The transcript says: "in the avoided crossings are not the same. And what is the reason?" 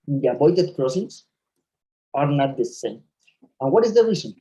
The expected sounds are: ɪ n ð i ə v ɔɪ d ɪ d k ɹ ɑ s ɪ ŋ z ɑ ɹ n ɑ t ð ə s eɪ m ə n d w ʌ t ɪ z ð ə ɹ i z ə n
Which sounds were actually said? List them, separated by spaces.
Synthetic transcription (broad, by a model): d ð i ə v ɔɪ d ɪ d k ɹ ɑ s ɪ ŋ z ɑ ɹ n ɑ t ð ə s eɪ m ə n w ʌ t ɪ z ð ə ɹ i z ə n